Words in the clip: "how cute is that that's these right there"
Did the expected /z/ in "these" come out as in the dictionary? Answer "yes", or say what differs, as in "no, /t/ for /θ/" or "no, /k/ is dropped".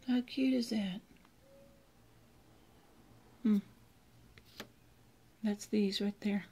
yes